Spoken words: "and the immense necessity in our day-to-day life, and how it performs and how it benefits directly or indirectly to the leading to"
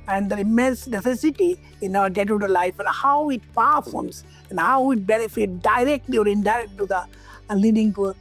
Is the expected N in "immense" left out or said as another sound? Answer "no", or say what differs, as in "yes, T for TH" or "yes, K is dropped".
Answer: no